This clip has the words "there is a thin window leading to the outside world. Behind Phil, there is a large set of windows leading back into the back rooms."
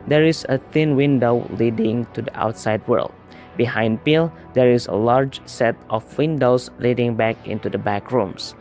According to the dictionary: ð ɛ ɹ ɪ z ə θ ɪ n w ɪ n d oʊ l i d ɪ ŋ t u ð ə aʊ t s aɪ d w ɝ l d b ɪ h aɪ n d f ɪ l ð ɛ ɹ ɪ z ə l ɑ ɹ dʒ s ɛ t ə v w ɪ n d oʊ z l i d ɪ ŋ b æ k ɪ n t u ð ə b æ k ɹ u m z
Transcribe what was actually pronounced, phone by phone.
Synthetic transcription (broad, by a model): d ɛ ɹ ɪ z ə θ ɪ n w ɪ n d oʊ l i d ɪ ŋ t u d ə aʊ t s aɪ d w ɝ l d b ɪ h aɪ n d p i l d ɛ ɹ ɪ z ə l ɑ ɹ dʒ s ɛ t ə f w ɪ n d oʊ s l i d ɪ ŋ b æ k ɪ n t u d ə b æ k ɹ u m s